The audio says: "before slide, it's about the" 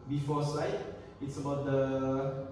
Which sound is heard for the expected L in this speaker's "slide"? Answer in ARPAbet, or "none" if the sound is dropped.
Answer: none